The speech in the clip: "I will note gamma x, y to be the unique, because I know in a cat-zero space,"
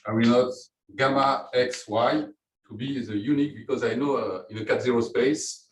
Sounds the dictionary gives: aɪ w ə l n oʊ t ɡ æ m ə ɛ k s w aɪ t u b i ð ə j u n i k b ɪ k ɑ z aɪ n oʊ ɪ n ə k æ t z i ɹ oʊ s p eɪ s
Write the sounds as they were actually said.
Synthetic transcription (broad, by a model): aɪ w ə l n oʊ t ɡ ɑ m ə ɛ k s w aɪ t u b i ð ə j u n i k b ɪ k ɑ z aɪ n oʊ ɪ n ə k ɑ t z i ɹ oʊ s p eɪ s